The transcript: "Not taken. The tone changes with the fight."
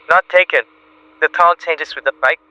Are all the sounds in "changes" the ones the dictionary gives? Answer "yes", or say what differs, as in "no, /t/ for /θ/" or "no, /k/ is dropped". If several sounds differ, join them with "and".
no, /s/ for /z/